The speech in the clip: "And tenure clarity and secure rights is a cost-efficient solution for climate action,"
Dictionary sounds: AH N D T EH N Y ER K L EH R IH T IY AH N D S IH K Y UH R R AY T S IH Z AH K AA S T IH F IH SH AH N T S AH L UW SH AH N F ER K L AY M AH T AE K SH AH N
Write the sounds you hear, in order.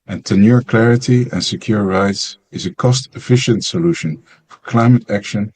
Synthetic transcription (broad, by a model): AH N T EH N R K L EH R IH T IY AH N S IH K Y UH R R AY T S IH Z AH K AA S T IH F IH SH AH N T S AH L UW SH AH N F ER K L AY M AH T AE K SH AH N